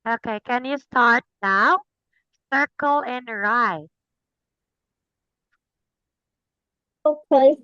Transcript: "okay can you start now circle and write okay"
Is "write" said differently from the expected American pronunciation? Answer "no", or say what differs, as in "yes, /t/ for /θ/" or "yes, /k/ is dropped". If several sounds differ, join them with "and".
yes, /t/ is dropped